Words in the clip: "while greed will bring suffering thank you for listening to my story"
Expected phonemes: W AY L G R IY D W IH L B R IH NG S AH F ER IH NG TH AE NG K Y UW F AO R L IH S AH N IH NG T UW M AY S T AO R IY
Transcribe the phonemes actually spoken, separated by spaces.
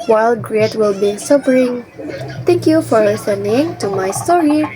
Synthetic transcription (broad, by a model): W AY L G R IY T W IH L B IY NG S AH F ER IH NG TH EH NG K Y UW F AO R L IH S AH N IH NG T UW M AY S T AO R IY